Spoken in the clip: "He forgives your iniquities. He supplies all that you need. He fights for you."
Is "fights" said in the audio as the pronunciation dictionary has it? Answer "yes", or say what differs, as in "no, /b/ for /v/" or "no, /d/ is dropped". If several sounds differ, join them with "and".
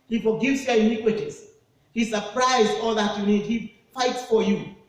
yes